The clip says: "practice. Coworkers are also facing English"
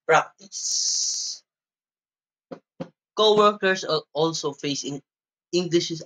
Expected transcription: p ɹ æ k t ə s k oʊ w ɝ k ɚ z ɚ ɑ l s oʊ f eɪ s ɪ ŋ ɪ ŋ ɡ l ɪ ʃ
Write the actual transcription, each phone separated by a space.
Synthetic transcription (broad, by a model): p ɹ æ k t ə s k oʊ w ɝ k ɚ s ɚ ɑ l s oʊ f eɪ s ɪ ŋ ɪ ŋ ɡ l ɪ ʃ